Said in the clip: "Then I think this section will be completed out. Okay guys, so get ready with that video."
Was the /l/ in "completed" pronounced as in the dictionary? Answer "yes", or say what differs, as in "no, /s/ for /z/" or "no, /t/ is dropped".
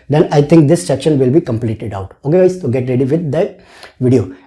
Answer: yes